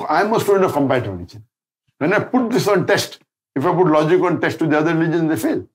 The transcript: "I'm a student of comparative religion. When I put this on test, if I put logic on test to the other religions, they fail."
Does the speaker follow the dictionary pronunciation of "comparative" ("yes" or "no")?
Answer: no